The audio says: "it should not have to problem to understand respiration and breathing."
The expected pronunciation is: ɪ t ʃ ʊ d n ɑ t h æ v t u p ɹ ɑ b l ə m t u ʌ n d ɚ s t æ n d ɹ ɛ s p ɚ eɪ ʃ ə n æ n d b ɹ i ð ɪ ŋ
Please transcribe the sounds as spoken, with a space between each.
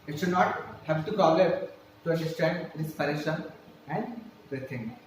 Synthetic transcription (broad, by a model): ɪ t ʃ ʊ d n ɑ t h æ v t u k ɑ l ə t t u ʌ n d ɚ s t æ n d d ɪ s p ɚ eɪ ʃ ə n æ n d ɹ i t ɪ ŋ